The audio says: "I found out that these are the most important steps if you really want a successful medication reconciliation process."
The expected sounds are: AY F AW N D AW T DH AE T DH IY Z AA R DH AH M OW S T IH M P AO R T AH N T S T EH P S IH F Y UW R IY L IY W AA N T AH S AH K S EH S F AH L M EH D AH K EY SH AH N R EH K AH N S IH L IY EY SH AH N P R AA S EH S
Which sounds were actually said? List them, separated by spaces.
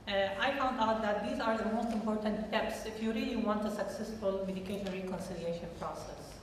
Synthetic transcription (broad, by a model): AY F AW N D AW T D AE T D IY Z AA R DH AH M OW S T IH M P AO R T AH N T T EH P S IH F Y UW R IY L IY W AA N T AH S AH K S EH S F AH L M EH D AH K EY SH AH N R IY K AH N S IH L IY EY SH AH N P R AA S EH S